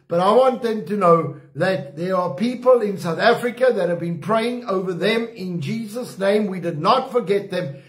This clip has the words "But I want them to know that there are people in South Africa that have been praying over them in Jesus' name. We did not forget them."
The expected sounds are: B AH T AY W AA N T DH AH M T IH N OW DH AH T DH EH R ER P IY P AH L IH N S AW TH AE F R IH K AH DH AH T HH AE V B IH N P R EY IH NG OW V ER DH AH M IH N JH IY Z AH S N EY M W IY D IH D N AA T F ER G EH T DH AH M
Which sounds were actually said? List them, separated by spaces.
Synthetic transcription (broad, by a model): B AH T AY W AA N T DH AH M T IH N OW DH AH T DH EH R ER P IY P AH L IH N S AW TH AE F R IH K AH DH AH T HH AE V B IH N P R EY IH NG OW V ER DH AH M IH N JH IY Z AH S N EY M W IY D IH D N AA T F ER G EH T DH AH M